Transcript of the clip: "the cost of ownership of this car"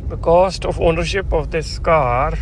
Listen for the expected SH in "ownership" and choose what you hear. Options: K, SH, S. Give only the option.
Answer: SH